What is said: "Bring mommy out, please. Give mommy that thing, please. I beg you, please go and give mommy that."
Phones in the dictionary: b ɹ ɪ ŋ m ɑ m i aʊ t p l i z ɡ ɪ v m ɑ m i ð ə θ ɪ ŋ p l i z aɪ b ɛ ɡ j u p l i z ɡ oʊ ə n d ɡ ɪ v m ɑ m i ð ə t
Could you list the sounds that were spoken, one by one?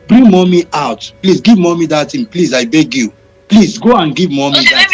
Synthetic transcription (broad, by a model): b ɹ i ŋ m ɑ m i aʊ t p l i s ɡ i v m ɑ m i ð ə t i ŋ p l i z aɪ b ɛ ɡ j u p l i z ɡ oʊ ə n ɡ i v m ɑ m i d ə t